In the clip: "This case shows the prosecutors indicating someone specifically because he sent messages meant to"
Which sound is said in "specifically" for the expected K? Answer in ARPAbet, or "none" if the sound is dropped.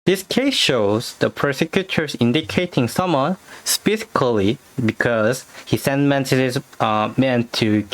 none